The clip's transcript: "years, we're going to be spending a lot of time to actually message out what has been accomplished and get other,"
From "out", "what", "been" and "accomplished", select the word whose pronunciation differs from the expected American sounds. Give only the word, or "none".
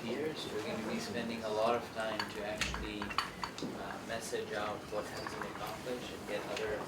accomplished